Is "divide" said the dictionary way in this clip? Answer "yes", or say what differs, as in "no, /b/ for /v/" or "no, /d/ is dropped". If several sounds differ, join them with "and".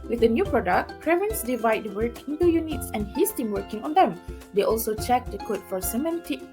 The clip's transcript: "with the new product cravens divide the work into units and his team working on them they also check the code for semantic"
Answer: yes